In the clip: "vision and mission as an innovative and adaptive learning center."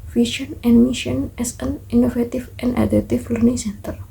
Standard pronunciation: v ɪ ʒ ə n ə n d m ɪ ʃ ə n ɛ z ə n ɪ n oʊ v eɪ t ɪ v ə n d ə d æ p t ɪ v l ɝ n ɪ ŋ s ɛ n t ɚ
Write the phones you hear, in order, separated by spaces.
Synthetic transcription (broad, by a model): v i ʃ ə n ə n m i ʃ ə n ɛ s ə n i n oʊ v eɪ t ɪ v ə n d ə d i t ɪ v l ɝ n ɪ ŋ s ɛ n t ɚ